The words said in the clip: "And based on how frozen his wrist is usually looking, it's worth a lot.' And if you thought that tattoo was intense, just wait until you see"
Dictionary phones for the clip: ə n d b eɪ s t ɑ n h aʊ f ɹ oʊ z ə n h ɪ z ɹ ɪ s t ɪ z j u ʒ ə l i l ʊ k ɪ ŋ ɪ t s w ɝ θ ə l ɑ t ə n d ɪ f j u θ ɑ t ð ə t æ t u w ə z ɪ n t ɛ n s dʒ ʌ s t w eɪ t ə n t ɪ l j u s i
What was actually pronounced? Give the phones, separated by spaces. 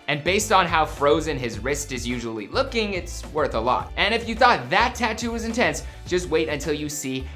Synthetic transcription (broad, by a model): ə n b eɪ s t n h aʊ f ɹ oʊ z ə n ɪ z ɹ ɪ s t ɪ z j u ʒ ə l i l ʊ k ɪ ŋ ɪ t s w ɝ θ ə l ɑ t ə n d ɪ f j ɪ θ ɑ t ð ə t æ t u w ə z ɪ n t ɛ n s dʒ ʌ s t w eɪ t ə n t ɪ l j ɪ s i